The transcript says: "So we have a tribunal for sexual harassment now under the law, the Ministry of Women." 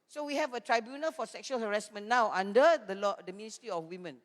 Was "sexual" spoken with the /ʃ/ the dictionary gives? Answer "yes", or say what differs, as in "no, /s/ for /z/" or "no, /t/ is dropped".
yes